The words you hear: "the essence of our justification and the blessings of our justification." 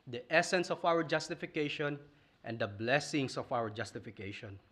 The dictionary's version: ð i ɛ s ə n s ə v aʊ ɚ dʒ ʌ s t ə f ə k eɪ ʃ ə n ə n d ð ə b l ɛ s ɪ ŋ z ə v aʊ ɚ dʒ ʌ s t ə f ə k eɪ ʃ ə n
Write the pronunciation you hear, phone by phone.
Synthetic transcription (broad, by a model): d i ɛ s ə n s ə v aʊ ɚ dʒ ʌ s t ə f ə k eɪ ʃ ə n ə n d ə b l ɛ s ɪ ŋ s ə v aʊ ɚ dʒ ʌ s t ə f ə k eɪ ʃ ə n